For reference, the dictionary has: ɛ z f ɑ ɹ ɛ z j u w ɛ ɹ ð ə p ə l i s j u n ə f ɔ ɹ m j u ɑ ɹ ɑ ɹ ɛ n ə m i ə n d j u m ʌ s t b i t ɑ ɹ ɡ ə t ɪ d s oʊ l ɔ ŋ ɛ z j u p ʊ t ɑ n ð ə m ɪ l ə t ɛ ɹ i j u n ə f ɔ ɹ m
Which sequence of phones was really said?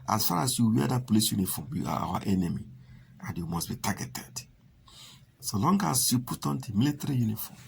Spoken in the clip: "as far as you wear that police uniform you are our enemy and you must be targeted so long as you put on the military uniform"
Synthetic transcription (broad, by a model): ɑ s f ɑ ɹ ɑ s j u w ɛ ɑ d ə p l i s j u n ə f ɔ m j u ɑ w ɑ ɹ ɛ n ə m i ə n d j u m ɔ s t b i t ɑ ɡ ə t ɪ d s oʊ l ɔ ŋ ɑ s j u p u t ɑ n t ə m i l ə t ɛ ɹ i j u n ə f ɔ m